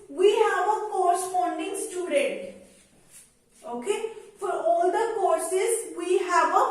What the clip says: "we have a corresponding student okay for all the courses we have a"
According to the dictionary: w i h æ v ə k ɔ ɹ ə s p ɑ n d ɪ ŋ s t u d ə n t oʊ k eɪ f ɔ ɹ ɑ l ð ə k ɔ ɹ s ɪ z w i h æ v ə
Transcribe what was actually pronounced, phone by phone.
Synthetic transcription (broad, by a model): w i h æ v ə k ɔ ɹ s f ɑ n d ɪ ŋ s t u d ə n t oʊ k eɪ f ɔ ɹ ɑ l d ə k ɔ ɹ s ɪ z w i h æ v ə